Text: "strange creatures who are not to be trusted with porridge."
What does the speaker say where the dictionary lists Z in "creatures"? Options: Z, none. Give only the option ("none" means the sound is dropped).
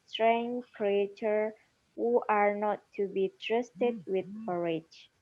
none